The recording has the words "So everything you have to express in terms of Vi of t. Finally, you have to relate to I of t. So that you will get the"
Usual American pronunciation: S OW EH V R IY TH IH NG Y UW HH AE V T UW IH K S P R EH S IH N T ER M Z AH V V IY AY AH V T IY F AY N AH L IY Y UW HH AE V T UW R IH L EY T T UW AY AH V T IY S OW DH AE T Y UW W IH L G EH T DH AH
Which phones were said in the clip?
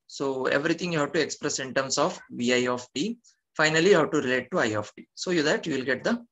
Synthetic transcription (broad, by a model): S OW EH V R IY T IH NG Y UW HH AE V T UW IH K S P R EH S IH N T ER M S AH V V IY AY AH F T IY F AY N AH L IY Y UW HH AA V T UW R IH L EY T T UW AY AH F T IY S OW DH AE T Y UW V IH L G EH T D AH